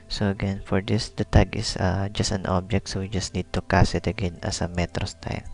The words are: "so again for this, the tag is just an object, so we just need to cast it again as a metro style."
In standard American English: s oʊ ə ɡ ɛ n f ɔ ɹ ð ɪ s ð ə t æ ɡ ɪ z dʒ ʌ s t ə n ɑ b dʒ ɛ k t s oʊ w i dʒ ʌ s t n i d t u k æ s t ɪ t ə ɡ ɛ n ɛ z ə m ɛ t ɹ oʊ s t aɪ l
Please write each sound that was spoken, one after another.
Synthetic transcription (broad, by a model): s oʊ ə ɡ ɛ n f ɔ ɹ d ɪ s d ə t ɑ ɡ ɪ s dʒ ʌ s t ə n ɑ b dʒ ɛ k t s oʊ w i dʒ ʌ s t n i d t u k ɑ s ɪ t ə ɡ ɛ n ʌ s ə m ɛ t ɹ oʊ s t aɪ l